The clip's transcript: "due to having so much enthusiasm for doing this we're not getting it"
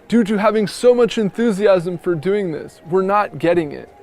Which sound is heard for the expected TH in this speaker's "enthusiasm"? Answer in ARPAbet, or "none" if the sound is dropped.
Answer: TH